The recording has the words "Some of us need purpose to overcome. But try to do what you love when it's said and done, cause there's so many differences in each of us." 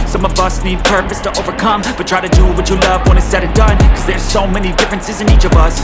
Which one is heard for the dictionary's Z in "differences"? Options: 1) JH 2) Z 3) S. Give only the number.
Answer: 2